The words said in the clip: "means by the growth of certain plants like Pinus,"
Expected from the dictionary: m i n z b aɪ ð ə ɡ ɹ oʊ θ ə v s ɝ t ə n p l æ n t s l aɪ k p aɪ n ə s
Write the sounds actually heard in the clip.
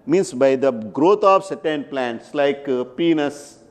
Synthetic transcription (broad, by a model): m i n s b aɪ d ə ɡ ɹ oʊ t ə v s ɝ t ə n p l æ n t s l aɪ k p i n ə s